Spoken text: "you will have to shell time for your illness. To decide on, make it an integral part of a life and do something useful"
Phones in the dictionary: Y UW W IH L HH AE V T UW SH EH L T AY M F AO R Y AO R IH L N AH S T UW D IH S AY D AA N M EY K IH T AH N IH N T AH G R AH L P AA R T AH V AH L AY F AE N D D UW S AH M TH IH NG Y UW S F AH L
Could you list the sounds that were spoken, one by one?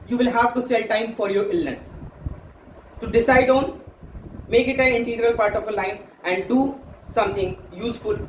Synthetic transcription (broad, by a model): Y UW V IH L HH AE V T UW S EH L T AY M F AO R Y AO R IH L N AH S T UW D IH S AY D AA N M EY K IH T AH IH N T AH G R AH L P AA R T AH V AH L AY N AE N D D UW S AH M T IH NG Y UW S F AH L